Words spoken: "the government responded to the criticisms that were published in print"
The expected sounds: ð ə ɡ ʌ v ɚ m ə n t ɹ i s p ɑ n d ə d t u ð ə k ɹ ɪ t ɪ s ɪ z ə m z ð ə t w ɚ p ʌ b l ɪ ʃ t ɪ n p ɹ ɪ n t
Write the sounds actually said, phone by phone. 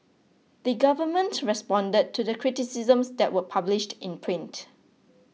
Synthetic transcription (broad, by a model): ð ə ɡ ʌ v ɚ m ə n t ɹ i s p ɑ n d ə d t u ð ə k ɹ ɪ t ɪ s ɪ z ə m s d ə t w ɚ p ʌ b l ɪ ʃ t ɪ n p ɹ ɪ n t